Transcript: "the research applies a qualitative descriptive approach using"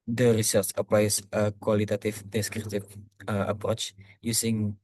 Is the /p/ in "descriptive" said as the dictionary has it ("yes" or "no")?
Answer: no